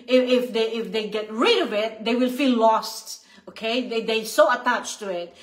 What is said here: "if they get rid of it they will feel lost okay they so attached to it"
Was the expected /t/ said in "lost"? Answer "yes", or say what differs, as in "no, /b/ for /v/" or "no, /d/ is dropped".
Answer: yes